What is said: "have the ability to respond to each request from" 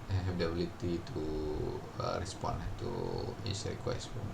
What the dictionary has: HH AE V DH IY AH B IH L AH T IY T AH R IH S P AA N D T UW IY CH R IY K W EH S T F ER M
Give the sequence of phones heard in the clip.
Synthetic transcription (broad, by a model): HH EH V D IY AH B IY L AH T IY T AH R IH S P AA N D T UW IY S R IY K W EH S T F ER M